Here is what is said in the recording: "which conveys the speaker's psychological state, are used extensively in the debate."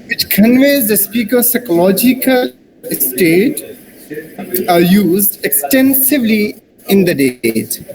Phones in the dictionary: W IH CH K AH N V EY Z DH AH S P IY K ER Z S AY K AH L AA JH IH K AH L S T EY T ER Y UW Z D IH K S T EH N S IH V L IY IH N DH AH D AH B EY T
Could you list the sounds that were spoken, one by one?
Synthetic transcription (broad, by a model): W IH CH K AH N V EY Z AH S P IY K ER S AY K AH L AA JH IH K AH L S T EY T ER Y UW Z D IH K S T EH N S IH V L IY IH N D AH D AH EY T